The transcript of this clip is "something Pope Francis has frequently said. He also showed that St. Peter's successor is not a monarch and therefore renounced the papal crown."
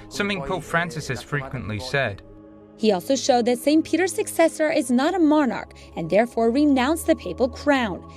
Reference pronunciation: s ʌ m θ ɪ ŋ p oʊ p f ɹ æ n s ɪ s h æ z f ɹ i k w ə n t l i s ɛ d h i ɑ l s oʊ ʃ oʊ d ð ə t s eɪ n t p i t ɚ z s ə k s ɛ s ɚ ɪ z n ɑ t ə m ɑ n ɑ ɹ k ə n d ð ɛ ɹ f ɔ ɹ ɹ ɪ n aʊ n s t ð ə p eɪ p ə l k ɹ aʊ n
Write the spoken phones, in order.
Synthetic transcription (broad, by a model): s ʌ m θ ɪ ŋ p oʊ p f ɹ æ n s ɪ s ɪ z f ɹ i k w ə n t l i s ɛ d h i ɑ l s oʊ ʃ oʊ d ð ə t s eɪ n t p i t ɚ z s ə k s ɛ s ɚ ɪ z n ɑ t ə m ɑ n ɑ ɹ k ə n ð ɛ ɹ f ɔ ɹ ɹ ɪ n aʊ n s ð ə p eɪ p ə l k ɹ aʊ n